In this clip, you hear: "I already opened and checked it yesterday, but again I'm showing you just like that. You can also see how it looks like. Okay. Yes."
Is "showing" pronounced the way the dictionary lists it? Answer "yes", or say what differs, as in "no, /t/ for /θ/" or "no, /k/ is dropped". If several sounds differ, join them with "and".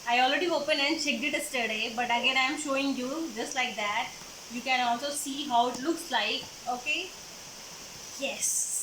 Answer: yes